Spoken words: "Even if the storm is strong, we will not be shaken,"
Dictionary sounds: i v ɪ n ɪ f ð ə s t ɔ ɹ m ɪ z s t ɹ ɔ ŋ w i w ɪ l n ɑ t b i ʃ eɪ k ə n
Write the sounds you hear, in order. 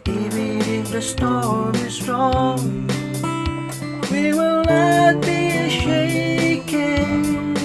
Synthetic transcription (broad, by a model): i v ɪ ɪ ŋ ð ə s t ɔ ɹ ɪ s t ɹ ɔ ŋ w i w ɪ l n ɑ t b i ʃ eɪ k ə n